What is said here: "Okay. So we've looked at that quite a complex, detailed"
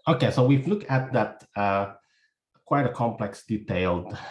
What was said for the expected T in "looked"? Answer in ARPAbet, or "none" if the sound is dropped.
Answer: none